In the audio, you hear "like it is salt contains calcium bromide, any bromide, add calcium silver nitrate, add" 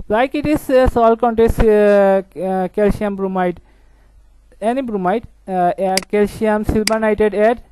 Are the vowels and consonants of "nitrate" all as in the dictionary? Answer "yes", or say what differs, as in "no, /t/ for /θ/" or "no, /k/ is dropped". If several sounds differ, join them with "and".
no, /ɹ/ is dropped